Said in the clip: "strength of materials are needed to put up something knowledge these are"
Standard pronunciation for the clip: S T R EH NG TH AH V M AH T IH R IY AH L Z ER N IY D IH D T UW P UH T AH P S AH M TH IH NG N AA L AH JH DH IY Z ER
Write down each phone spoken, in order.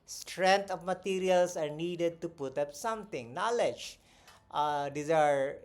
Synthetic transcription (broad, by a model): S T R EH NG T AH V M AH T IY R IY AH L S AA N IY D IH D T UW P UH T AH P S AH M T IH NG N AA L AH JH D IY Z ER